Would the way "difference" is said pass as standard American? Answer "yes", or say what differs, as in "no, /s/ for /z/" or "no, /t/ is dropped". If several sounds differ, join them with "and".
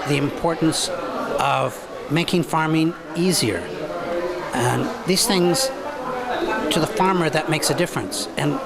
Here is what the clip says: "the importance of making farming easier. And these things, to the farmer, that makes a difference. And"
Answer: yes